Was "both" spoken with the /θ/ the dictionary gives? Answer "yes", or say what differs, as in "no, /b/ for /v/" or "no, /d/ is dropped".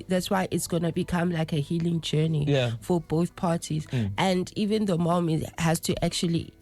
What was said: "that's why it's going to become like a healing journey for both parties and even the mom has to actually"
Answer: yes